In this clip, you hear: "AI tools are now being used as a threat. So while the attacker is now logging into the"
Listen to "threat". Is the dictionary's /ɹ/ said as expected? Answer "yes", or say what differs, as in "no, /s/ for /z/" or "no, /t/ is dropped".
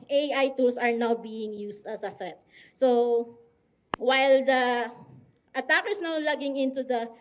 no, /ɹ/ is dropped